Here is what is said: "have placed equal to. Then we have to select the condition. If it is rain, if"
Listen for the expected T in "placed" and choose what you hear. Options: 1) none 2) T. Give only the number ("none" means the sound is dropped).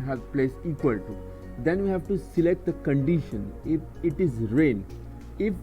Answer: 1